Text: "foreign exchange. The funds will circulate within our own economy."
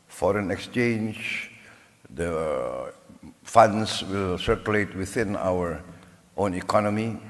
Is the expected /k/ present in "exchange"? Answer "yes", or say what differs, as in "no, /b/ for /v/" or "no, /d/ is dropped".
yes